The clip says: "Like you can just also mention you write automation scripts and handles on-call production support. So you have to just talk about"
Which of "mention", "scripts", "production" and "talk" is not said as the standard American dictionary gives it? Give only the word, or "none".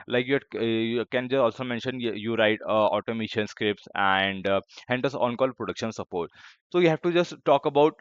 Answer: none